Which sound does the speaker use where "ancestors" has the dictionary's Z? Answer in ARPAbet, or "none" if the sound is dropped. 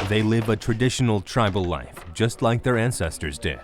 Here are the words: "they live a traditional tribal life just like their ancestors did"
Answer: Z